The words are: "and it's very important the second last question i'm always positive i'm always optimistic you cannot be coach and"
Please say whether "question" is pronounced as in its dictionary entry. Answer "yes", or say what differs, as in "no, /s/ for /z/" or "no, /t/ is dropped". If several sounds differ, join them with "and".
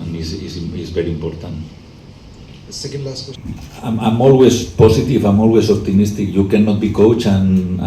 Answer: no, /ʃ/ is dropped